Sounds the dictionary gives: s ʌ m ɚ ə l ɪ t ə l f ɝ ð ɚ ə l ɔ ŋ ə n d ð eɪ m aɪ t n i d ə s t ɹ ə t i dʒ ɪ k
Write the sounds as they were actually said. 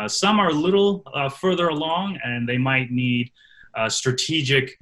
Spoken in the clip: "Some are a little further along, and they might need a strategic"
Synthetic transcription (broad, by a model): s ʌ m ɚ l ɪ t l f ɝ ð ɚ ə l ɔ ŋ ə n ð eɪ m aɪ t n i d s t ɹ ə t i dʒ ɪ k